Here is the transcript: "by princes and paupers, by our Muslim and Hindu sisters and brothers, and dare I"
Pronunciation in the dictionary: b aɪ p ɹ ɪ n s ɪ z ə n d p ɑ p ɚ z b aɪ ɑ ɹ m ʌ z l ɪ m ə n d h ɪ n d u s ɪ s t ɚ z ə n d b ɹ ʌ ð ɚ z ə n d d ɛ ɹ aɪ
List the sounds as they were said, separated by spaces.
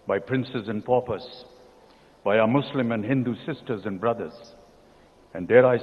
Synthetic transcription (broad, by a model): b aɪ p ɹ ɪ n s ɪ z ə n p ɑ p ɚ s b aɪ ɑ m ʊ s l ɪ m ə n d h ɪ n d u s ɪ s t ɚ z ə n b ɹ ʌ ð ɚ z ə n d d ɛ ɹ aɪ